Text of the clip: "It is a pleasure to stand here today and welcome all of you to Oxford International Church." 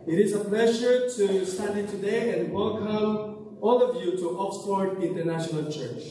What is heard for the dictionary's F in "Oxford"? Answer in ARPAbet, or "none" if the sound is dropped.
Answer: P